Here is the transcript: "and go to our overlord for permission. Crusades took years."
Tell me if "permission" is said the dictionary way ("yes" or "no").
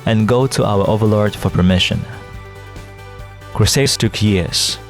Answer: yes